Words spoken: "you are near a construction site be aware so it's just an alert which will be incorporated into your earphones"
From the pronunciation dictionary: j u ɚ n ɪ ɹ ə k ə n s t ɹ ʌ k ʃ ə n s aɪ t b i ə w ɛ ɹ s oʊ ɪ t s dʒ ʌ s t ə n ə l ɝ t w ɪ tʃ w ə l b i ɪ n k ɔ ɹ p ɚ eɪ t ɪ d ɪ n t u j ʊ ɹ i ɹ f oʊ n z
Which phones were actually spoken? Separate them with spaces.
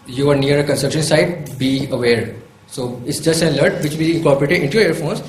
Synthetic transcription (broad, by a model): j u ɚ n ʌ ɹ ə k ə n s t ʌ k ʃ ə n s aɪ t b i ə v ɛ ɹ s oʊ ɪ t s dʒ ʌ s t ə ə l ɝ t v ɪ tʃ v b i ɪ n k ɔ ɹ p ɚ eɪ t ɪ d ɪ n t u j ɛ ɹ ɹ f oʊ n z